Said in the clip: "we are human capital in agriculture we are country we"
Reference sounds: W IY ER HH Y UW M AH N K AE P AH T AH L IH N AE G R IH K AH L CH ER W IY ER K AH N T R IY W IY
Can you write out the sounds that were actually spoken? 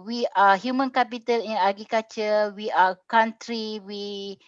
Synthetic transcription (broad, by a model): W IY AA HH Y UW M AH N K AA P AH T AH L IH N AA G IH K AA CH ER W IY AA K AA N T R IY W IY